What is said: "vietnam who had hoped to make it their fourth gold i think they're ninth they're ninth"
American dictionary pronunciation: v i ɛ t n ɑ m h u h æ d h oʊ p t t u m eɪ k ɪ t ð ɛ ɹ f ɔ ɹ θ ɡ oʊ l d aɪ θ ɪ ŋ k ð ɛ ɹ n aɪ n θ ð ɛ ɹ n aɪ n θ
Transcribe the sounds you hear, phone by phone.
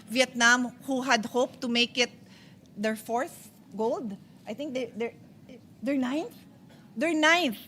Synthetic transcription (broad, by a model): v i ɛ t n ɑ m h u h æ d h oʊ p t t u m eɪ k ɪ t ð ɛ ɹ f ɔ ɹ s ɡ oʊ l d aɪ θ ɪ ŋ k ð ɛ ɹ n aɪ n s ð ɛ ɹ n aɪ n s